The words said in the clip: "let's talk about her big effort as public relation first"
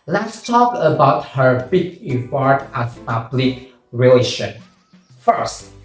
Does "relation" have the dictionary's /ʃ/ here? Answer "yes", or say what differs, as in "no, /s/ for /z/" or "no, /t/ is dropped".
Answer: yes